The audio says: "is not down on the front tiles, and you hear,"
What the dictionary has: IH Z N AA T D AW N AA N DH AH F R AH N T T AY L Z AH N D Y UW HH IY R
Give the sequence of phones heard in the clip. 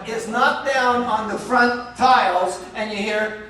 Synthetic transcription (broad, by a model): IH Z N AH T D AW N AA N DH AH F R AH N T T AY L Z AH N Y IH HH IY R